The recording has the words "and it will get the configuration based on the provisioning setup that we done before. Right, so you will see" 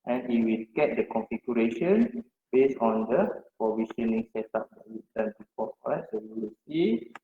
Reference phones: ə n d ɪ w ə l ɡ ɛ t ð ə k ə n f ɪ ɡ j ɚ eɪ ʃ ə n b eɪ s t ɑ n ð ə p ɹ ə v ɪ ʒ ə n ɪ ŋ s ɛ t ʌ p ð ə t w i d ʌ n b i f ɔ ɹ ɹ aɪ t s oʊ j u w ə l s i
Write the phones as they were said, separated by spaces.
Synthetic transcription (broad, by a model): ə n ɪ w ə l ɡ ɛ t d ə k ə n f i ɡ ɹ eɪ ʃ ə n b eɪ s ɑ n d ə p ɹ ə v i ʃ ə n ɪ ŋ s ɛ t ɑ p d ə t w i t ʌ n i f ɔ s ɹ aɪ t s oʊ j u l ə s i